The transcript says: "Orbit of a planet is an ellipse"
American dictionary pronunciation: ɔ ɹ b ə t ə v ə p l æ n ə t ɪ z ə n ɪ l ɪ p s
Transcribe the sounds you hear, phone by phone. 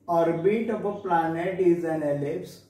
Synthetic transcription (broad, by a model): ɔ ɹ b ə t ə p ə p l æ n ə t ɪ z ə n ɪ l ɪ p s